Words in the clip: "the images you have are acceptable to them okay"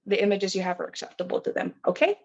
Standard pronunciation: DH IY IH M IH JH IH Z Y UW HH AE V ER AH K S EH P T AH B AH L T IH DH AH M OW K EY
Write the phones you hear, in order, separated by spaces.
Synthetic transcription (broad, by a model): DH IY IH M IH JH IH Z Y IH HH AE V ER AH K S EH P T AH B L T IH DH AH M OW K EY